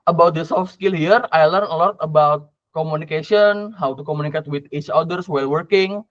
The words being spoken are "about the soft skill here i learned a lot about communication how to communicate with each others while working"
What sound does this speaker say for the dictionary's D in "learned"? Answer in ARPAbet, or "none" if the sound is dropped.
none